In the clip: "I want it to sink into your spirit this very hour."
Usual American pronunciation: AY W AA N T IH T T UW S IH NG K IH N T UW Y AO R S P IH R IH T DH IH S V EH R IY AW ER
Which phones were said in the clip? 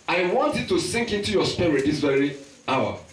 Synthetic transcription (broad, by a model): AY W AA N T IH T T UW S IH NG K IH N T UW Y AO S P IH R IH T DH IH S V EH R IY AW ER